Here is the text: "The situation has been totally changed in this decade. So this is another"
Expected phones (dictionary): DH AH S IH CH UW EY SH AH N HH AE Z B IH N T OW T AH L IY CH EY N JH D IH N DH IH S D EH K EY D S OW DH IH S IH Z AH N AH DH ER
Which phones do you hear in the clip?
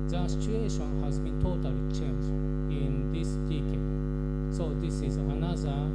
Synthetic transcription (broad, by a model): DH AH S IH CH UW EY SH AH N HH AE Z B IH N T OW T AH L IY CH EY N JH IH N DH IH S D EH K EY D S OW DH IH S IH Z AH N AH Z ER